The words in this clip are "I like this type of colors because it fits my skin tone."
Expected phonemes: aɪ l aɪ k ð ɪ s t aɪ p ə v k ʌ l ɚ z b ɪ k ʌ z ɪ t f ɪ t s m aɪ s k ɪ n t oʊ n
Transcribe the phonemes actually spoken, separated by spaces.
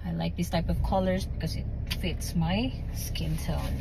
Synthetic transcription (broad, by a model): aɪ l aɪ k ð ɪ s t aɪ p ə v k ʌ l ɚ z b ɪ k ʌ z ɪ t f ɪ t s m aɪ s k ɪ n t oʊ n